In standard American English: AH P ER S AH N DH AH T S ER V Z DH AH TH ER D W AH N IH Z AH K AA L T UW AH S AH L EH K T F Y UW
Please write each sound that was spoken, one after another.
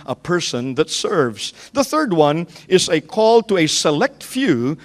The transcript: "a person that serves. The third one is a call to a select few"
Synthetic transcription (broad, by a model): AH P ER S AH N DH AH T S ER V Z DH AH TH ER D W AH N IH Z AH K AA L T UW AH S AH L EH K T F Y UW